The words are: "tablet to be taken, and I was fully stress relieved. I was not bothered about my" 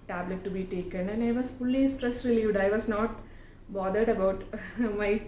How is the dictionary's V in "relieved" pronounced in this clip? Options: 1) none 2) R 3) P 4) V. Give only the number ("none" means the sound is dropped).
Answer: 4